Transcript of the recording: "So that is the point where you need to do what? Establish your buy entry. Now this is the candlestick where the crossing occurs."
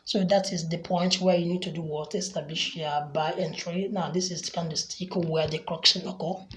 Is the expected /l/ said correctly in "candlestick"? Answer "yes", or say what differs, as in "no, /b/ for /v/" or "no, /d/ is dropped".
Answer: no, /l/ is dropped